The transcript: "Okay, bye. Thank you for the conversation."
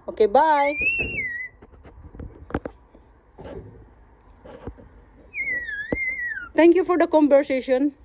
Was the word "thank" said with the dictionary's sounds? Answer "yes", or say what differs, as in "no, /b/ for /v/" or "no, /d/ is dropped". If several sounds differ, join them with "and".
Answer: no, /t/ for /θ/